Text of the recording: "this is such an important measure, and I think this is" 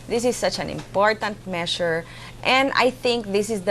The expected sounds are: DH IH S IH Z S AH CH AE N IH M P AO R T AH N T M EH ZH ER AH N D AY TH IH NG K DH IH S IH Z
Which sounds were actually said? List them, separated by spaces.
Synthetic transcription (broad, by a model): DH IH S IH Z S AH CH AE N IH M P AO R T AH N T M EH SH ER AH N D AY TH IH NG K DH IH S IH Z